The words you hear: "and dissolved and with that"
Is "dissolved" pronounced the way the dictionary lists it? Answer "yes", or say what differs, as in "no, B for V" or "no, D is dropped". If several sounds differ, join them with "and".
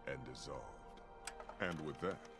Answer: yes